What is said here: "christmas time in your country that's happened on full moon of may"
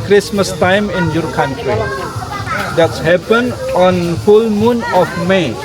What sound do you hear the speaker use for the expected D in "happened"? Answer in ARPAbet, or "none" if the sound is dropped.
none